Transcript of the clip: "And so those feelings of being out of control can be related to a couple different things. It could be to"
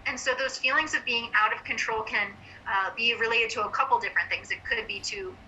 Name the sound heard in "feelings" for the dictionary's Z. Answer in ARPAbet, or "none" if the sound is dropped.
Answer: Z